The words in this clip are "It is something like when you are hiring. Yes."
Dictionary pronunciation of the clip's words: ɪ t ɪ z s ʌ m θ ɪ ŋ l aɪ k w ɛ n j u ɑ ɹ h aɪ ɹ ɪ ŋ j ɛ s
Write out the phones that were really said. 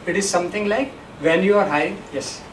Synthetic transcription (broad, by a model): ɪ t ɪ z s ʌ m t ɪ ŋ l aɪ k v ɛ n j u ɑ ɹ h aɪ ɪ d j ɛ s